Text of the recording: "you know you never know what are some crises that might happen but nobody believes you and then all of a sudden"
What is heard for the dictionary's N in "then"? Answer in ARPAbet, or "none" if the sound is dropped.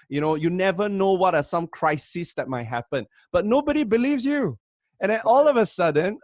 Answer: none